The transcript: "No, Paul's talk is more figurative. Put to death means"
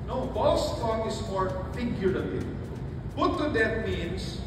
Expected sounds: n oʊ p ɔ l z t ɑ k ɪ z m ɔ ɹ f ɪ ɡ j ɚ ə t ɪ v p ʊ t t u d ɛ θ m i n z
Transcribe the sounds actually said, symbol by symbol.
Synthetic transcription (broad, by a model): n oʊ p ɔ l s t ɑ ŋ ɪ s m ɔ ɹ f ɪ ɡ j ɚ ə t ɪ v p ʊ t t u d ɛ t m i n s